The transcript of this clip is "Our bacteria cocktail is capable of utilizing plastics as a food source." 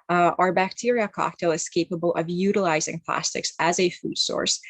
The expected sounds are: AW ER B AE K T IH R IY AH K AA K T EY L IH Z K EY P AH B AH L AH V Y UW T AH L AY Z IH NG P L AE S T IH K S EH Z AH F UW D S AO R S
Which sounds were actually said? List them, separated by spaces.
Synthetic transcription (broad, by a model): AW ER B AE K T IH R IY AH K AA K T EY L IH Z K EY P AH B AH L AH V Y UW T AH L AY Z IH NG P L AE S T IH K S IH Z AH F UW D S AO R S